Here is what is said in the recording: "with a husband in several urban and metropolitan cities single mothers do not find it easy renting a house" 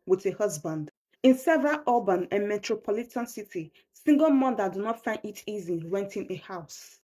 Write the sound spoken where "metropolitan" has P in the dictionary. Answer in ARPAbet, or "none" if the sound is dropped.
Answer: P